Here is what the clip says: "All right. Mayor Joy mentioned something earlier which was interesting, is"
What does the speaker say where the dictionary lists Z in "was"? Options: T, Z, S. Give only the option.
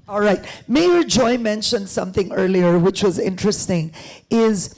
Z